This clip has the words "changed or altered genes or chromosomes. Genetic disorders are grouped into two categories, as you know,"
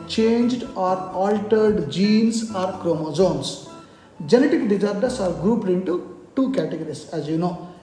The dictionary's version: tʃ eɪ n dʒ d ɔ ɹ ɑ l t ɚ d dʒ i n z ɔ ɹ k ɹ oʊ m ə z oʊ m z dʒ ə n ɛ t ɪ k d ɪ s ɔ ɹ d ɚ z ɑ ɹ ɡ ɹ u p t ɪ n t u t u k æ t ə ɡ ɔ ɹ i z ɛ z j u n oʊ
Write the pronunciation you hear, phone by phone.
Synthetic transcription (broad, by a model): tʃ eɪ n dʒ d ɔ ɹ ɑ l t ɚ d dʒ i n s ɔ ɹ k ɹ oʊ m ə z oʊ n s dʒ ə n ɛ t ɪ k d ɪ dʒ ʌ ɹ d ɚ s ɑ ɹ ɡ ɹ u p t ɪ n t u t u k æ t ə ɡ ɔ ɹ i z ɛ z j u n oʊ